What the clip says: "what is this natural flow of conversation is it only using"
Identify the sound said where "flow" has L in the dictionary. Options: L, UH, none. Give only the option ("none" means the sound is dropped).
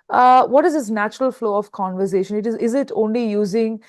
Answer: L